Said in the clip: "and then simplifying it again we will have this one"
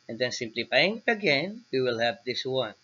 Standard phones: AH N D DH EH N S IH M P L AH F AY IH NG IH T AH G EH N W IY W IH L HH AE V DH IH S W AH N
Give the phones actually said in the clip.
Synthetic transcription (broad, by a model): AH N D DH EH N S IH M P L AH P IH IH NG IH T AH G EH N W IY W IH L HH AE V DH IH S W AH N